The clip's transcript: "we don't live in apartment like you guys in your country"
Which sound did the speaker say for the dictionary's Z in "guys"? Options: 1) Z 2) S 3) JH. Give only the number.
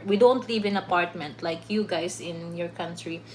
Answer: 2